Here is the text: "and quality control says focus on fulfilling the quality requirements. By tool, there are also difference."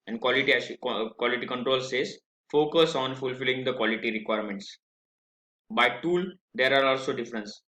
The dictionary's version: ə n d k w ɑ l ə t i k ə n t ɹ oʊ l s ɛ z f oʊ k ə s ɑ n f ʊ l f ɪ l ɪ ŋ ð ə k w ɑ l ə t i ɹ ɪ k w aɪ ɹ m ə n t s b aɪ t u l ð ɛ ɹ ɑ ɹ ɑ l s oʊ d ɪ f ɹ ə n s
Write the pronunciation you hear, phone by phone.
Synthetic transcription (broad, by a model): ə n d k w ɑ l ə t i k ə n t ɹ oʊ l s ɛ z f oʊ k ə s ɑ n f ʊ l f ɪ l ɪ ŋ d ə k w ɑ l ə t i ɹ ɪ k w aɪ ɹ m ə n t s b aɪ t u l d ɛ ɹ ɑ ɹ ɑ l s oʊ d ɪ f ɹ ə n s